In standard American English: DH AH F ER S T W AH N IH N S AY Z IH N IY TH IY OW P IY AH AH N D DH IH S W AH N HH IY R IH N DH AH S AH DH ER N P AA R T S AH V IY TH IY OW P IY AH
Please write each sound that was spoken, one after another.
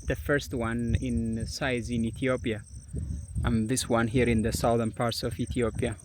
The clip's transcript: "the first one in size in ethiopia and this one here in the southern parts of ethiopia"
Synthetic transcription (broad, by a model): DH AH F ER S T W AH N IH N S AY Z IH N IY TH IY OW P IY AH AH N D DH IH S W AH N HH IY R IH N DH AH S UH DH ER N P AA R T S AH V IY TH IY OW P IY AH